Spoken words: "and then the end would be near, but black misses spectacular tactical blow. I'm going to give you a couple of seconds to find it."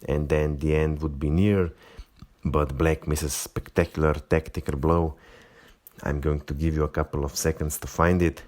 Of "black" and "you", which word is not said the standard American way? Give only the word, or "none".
none